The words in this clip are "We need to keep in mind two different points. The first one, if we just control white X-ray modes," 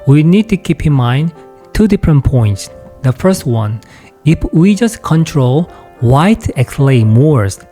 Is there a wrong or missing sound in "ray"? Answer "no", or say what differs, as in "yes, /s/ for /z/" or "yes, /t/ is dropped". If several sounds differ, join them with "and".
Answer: yes, /l/ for /ɹ/